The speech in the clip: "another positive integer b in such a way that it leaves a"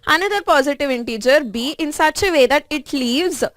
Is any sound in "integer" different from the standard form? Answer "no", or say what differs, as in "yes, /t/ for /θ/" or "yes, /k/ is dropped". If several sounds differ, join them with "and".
no